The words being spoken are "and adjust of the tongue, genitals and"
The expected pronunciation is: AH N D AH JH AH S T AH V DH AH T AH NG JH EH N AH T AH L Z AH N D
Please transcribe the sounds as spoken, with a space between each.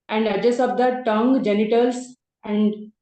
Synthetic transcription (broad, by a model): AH N D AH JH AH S AH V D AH T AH NG JH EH N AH T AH L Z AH N D